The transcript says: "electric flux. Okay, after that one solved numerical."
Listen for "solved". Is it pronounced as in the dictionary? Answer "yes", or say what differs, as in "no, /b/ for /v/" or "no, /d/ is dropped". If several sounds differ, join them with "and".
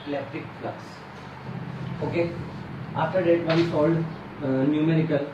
no, /v/ is dropped